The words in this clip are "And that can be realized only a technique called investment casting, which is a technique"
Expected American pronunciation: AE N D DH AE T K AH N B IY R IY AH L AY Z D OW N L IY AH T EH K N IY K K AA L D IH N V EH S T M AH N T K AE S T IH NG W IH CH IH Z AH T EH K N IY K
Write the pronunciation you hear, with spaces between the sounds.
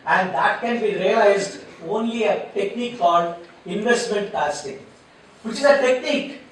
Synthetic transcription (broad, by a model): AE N D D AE T K AH N B IY R IY AH L AY Z D OW N L IY AH T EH K N IY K K AA L D IH N V EH S T M AH N T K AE S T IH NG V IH CH IH Z AH T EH K N IY K